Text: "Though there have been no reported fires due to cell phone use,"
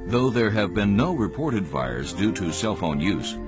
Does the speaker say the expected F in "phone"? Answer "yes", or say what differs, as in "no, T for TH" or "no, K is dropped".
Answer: yes